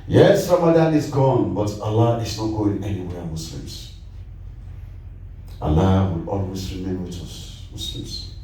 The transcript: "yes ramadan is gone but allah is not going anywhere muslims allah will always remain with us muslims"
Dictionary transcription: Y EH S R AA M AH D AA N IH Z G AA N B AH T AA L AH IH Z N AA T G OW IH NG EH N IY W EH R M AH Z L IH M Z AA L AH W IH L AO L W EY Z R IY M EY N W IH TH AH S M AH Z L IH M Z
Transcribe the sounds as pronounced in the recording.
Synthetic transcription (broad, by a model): Y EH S R AA M AH D AA N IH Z G AA N B AH T AA L AH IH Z N AA T G OW IH NG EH N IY W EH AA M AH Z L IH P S AA L AH W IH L AO L W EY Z R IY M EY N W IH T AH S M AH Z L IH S